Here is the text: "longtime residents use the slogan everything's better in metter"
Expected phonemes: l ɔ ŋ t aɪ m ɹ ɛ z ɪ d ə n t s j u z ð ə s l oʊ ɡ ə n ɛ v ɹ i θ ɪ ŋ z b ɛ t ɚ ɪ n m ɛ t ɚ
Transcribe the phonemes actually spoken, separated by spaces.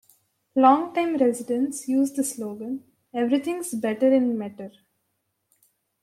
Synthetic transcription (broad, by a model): l ɔ ŋ t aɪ m ɹ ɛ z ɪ d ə n s j u z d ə s l oʊ ɡ ə n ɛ v ɹ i t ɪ ŋ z b ɛ t ɚ ɪ n m ɛ t ɚ